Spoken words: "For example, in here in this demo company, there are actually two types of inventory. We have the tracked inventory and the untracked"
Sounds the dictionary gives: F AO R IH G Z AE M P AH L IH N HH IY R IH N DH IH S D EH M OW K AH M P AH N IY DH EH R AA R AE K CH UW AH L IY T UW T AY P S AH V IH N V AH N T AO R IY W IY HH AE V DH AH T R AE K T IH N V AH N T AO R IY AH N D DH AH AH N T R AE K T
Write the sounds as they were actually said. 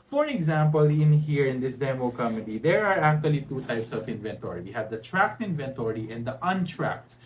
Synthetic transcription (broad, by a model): F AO R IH G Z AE M P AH L IH N HH IY R IH N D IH S D EH M OW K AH M AH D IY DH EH R AA R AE K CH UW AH L IY T UW T AY P S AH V IH N V AH N T AO R IY W IY HH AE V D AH T R AE K T IH N V AH N T AO R IY AH N D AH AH N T R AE K T